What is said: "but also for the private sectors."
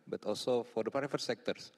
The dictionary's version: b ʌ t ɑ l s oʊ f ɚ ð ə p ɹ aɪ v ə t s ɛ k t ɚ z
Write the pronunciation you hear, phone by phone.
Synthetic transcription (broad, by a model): b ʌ t ɑ l s oʊ f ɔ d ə p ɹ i f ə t s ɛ k t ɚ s